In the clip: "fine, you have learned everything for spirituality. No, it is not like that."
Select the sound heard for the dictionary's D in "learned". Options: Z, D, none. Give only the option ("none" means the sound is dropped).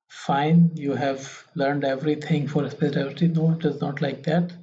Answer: D